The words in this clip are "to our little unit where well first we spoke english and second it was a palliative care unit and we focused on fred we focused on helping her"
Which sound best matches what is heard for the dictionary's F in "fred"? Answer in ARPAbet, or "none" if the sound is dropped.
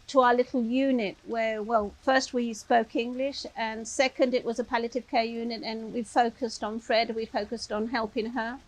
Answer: F